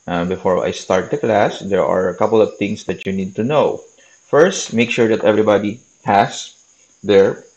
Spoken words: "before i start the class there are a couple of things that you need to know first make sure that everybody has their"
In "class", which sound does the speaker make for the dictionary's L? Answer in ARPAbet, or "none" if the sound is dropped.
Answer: L